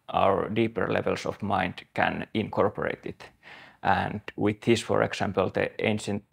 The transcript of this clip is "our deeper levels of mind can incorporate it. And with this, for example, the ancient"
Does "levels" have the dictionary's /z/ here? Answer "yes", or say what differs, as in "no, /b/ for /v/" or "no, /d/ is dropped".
no, /s/ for /z/